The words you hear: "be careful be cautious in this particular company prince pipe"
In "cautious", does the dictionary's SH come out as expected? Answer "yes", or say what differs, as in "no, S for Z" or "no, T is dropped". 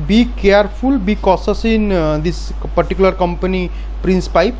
no, S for SH